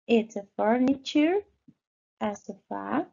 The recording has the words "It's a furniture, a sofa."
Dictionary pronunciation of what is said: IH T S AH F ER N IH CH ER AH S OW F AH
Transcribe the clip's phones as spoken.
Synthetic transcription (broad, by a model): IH T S AH F ER N IH CH ER AH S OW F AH